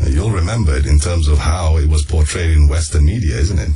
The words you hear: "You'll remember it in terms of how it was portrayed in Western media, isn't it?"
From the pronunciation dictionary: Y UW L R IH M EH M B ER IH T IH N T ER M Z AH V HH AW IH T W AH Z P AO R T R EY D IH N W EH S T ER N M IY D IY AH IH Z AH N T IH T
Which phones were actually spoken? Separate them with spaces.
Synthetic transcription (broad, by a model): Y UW L R IH M EH M B ER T IH N T ER M Z AH V HH AW IH T W AH Z P AO R T R EY D IH N W EH S T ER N M IY D IY AH IH Z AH N T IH T